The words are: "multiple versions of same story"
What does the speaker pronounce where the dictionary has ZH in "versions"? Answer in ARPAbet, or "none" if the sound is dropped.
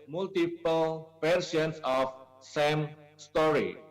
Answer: SH